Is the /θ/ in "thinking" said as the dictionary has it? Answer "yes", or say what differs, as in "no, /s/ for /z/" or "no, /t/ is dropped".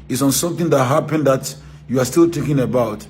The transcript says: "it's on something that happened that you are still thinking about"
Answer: no, /t/ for /θ/